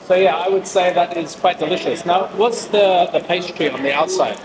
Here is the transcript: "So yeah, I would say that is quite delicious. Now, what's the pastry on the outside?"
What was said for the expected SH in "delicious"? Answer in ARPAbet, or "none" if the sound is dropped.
SH